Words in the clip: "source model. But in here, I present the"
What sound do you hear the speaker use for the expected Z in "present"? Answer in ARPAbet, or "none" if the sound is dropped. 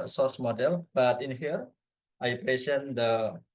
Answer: S